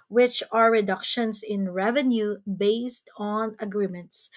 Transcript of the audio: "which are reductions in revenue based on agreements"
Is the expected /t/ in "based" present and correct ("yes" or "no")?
yes